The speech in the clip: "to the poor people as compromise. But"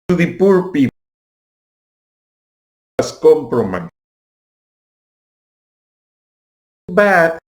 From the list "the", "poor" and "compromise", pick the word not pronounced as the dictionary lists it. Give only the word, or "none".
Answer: compromise